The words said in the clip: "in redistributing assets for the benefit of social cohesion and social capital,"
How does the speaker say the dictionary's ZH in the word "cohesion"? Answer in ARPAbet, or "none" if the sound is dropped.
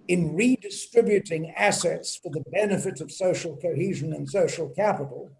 ZH